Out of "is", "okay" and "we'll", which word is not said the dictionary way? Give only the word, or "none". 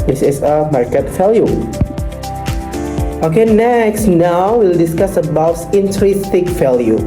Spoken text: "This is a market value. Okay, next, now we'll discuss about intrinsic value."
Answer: is